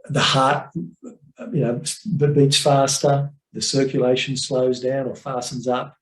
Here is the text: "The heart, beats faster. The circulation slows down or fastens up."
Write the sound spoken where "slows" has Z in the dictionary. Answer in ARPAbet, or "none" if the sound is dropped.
Z